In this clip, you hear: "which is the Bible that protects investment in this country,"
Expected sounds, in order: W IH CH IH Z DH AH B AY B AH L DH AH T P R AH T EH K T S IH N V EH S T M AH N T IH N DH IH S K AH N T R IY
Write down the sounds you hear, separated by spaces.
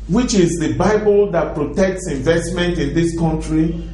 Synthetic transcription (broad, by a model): W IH CH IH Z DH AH B AY B AH L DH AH T P R AH T EH K T S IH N V EH S T M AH N T IH N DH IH S K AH N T R IY